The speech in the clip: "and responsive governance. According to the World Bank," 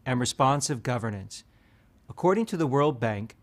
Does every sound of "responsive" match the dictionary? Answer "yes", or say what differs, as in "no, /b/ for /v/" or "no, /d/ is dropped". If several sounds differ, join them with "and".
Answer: yes